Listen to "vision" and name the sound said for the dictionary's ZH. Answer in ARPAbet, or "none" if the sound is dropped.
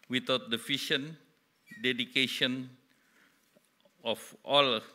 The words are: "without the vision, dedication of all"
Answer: SH